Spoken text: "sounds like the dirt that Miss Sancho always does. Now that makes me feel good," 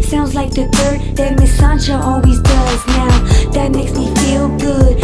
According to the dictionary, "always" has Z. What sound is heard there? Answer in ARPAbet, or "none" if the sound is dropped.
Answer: Z